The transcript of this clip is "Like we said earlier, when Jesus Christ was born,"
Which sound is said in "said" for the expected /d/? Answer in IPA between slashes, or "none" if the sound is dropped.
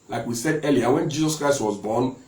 /d/